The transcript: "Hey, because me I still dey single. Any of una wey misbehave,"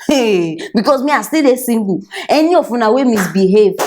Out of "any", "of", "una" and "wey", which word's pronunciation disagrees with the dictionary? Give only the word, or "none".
of